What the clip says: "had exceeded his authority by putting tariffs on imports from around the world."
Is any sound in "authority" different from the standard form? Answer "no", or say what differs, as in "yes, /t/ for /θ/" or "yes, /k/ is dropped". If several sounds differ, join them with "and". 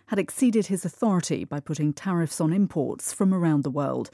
no